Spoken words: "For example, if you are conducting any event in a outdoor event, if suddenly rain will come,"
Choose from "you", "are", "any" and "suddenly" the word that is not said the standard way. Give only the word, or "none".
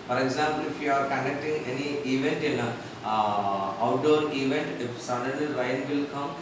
suddenly